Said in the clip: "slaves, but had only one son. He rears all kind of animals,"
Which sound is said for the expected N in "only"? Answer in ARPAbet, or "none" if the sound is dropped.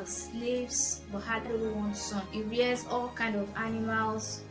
none